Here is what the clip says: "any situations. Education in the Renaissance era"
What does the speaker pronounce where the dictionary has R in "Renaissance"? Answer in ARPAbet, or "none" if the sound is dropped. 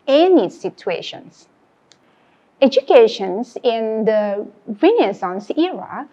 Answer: W